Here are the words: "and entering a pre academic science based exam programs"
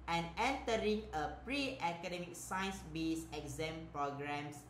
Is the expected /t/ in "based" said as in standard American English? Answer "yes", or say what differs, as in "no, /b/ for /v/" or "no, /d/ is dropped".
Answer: no, /t/ is dropped